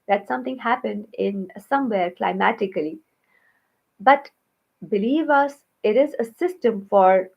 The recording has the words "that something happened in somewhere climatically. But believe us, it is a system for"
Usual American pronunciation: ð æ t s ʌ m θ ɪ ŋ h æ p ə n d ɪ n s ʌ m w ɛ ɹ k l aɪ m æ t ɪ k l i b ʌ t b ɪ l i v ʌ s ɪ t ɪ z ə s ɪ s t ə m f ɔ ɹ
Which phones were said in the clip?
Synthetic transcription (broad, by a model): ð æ t s ʌ m t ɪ ŋ h æ p ə n d ɪ n s ʌ m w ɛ ɹ k l aɪ m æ t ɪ k l i b ʌ t b ɪ l i v ʌ s ɪ t ɪ z ə s ɪ s t ə m f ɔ ɹ